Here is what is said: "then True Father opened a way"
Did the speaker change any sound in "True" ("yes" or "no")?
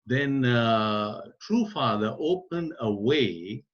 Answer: no